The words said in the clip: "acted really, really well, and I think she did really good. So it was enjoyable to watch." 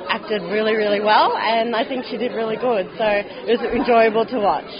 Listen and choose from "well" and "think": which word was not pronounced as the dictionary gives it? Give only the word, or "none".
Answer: none